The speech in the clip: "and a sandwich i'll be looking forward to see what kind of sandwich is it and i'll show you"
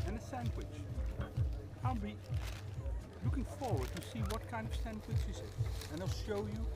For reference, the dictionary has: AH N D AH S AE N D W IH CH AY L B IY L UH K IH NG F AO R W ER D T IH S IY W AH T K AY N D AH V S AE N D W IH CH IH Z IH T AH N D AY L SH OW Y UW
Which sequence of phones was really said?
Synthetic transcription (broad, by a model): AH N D AH S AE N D W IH CH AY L B IY L UH K IH NG F AO R W ER D T IH S IY W AH T K AY N D AH V S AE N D W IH CH IH Z IH T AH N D AY L SH OW Y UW